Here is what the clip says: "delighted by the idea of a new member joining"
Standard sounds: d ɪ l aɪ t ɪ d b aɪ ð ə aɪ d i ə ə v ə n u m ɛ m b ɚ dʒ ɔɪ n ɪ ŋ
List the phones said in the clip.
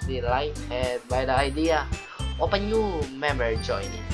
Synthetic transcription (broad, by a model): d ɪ l aɪ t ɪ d b aɪ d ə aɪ d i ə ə p ə n u m ɛ m b ɚ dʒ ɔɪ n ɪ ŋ